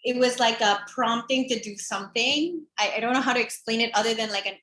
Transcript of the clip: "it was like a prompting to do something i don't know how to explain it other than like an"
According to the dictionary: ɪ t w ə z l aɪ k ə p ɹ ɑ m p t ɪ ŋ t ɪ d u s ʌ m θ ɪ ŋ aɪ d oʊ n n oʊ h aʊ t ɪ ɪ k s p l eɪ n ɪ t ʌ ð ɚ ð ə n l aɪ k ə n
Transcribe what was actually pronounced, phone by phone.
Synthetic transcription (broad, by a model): ɪ t w ə z l aɪ k ə p ɹ ɑ m p t ɪ ŋ t ɪ d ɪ s ʌ m θ ɪ ŋ aɪ d oʊ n n oʊ h aʊ t ɪ ɪ k s p l eɪ n ɪ t ʌ ð ɚ ð ə n l aɪ k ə n